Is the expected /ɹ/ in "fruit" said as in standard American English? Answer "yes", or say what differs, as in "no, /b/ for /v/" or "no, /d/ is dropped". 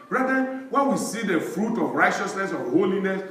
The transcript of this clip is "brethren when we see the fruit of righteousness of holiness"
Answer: yes